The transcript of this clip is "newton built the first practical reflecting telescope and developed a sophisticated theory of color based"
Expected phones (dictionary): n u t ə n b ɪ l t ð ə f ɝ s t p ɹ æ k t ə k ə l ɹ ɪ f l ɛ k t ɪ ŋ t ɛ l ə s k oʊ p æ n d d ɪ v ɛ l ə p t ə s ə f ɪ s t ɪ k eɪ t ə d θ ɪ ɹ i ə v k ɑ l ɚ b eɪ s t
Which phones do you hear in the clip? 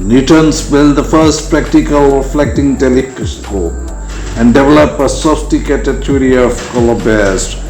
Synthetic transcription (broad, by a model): n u t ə n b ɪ l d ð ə f ɝ s t p ɹ æ k t ə k ə l ɹ ɪ f l ɛ k t ɪ ŋ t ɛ l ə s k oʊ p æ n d d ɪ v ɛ l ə p ə s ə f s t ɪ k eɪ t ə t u ɹ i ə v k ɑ l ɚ b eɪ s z